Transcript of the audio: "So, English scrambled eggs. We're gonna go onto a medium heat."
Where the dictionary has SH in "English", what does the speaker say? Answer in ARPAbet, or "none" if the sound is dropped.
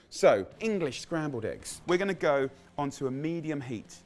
SH